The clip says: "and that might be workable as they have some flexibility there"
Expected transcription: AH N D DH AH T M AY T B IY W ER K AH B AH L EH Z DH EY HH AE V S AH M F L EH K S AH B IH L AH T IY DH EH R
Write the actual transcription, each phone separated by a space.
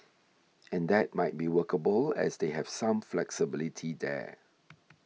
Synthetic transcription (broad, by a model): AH N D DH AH T M AY T B IY W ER K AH B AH L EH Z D EY HH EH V S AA M F L EH K S AH B IH L AH T IY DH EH